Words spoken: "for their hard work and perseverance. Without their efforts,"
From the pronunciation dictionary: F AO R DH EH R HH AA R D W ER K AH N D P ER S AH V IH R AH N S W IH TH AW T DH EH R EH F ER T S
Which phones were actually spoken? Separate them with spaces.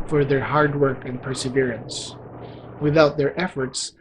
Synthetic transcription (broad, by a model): F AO R DH EH R HH AA R D W ER K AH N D P ER S AH V IH R AH N S W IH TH AW T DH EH R EH F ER T S